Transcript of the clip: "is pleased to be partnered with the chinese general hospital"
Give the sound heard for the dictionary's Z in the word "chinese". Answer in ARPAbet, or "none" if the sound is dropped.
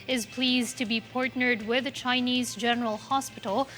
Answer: Z